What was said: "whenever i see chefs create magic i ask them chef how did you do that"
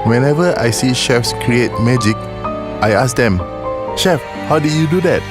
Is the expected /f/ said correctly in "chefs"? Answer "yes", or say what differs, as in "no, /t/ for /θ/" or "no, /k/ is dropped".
yes